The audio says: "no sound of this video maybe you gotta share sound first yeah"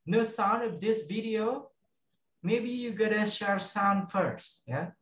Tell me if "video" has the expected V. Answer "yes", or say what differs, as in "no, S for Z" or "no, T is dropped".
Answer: yes